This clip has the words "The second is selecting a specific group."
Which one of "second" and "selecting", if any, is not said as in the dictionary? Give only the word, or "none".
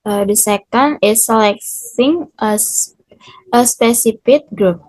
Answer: selecting